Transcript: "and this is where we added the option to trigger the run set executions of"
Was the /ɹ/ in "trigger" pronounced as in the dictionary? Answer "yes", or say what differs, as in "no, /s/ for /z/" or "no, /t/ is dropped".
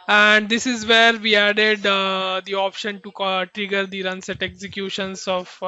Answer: yes